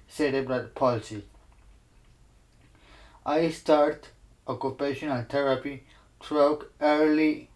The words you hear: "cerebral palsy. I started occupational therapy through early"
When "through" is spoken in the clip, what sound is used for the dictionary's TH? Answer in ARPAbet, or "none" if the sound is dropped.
T